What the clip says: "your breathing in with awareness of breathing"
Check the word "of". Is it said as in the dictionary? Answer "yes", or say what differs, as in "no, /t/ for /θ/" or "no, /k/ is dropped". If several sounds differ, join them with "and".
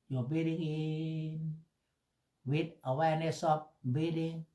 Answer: no, /p/ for /v/